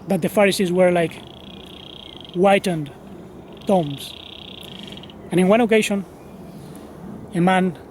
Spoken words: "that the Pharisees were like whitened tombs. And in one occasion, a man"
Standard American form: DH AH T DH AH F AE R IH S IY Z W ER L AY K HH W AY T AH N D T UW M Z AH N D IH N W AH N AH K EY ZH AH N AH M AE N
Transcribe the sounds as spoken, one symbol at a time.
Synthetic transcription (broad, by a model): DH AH T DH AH F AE R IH S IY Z W ER L AY K W AY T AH N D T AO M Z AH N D IH N W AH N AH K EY SH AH N AH M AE N